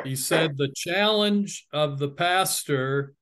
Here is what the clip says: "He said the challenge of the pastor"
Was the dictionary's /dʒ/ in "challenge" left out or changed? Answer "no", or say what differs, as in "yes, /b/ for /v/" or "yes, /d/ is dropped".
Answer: no